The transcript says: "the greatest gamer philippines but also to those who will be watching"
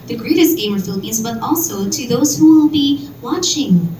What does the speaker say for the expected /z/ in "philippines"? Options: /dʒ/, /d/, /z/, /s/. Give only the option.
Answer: /z/